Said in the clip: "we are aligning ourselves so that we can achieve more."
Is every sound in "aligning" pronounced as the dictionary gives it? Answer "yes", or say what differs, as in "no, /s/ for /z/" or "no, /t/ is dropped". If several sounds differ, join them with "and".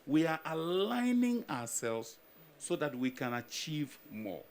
yes